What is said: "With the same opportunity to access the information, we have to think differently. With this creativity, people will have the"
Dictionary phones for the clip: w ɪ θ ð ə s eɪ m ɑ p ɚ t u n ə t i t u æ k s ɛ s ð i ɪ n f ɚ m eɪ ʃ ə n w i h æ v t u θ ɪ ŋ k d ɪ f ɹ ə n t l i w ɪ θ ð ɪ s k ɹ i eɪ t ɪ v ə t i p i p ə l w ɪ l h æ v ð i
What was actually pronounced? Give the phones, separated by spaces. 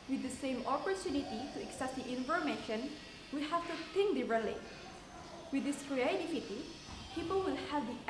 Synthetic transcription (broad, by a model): w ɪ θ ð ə s eɪ m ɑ p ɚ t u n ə t i t u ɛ k s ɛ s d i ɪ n f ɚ m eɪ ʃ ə n w i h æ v t u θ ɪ ŋ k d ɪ ɹ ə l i w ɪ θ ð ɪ s k ɹ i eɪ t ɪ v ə t i p i p ə l w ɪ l h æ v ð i